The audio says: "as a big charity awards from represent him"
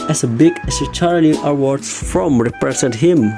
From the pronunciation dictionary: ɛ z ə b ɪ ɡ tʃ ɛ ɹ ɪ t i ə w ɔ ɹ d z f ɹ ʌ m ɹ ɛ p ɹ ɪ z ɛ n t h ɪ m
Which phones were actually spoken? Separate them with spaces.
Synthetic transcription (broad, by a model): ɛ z ə b ɪ ɡ s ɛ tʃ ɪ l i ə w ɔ ɹ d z f ɹ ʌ m ɹ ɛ p ɹ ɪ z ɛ n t h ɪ m